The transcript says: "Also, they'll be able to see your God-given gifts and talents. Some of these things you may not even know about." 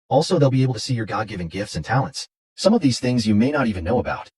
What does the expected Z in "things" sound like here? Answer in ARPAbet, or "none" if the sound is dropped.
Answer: Z